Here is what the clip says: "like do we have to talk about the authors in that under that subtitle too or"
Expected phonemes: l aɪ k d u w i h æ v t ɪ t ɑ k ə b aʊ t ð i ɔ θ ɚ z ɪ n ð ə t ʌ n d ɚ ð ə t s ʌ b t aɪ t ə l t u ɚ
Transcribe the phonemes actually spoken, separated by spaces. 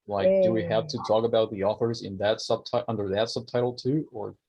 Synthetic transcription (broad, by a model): l aɪ k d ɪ w i h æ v t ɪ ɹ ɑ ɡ ə b aʊ t ð i ɔ θ ɚ z ɪ n ð ə t ʌ n d ɚ ð ə t s ʌ b t aɪ t l t u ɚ